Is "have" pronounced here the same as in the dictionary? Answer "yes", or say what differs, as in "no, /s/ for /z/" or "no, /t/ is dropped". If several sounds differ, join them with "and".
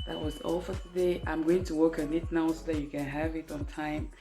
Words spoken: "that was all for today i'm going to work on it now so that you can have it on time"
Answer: yes